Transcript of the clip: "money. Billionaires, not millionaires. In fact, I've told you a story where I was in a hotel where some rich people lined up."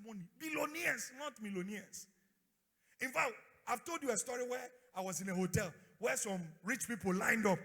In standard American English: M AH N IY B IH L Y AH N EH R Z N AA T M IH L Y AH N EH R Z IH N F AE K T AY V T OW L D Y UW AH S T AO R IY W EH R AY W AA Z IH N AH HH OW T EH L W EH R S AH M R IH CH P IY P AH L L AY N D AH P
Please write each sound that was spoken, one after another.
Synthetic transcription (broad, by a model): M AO N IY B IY L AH N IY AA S N AA T M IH L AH N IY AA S IH N F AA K T AY V T OW L D Y UW AH S T AO R IY W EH AY W AA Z IH N AH HH OW T EH L W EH S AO M R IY CH P IY P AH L L AY N D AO P